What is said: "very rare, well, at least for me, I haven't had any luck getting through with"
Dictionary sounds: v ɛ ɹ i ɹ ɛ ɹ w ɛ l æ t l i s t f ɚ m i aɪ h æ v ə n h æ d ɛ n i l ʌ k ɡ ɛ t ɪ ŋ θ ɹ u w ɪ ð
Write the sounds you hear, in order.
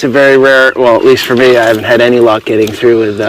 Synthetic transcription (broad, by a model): v ɛ ɹ i ɹ ɛ ɹ w ɛ l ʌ t l i s t f ɚ m i aɪ h æ v ə n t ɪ d ɛ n i l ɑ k ɡ ɛ t ɪ ŋ θ ɹ u w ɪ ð